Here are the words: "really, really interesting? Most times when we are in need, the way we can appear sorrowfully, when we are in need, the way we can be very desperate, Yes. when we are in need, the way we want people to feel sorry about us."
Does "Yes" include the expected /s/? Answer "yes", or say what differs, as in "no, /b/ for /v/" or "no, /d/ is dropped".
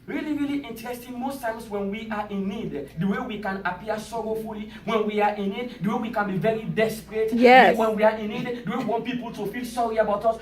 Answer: no, /s/ is dropped